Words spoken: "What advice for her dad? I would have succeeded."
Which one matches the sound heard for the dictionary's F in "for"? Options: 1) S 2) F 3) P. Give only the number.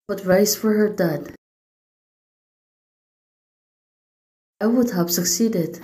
2